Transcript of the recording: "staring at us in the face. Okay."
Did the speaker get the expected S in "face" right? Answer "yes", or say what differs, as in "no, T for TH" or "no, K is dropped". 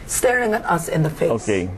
no, S is dropped